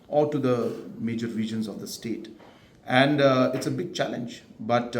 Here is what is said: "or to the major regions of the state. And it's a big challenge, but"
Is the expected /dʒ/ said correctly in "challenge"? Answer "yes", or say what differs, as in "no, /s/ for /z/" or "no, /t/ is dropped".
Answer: yes